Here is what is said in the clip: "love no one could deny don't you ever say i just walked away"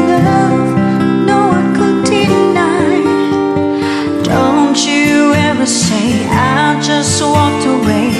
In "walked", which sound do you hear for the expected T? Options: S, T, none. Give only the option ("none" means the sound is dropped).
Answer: T